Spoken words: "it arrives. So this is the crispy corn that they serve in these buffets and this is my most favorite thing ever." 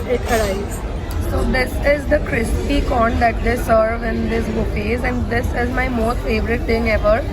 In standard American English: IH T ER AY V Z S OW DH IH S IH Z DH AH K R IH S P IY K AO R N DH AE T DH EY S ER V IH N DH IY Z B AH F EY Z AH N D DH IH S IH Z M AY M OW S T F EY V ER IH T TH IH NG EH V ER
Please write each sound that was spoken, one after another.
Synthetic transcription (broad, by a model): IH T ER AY Z S OW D IH S IH Z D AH K R IH S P IY K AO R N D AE T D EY S ER V IH N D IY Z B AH P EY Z AH N D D IH S IH Z M AY M OW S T F EY V ER IH T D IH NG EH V ER